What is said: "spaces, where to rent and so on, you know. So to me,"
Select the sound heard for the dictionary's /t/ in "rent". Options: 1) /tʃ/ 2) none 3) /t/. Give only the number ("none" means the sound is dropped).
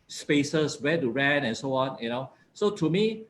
2